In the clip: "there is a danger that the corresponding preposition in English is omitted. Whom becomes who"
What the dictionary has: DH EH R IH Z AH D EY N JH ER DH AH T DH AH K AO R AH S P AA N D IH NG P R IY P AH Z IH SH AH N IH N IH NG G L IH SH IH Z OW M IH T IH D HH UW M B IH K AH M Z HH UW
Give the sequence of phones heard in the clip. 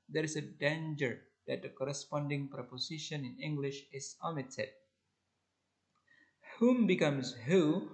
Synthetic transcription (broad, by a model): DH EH R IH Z AH D EY N JH ER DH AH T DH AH K AO R AH S P AA N D IH NG P R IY P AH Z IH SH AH N IH N IH NG G L IH SH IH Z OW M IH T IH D HH UW M B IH K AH M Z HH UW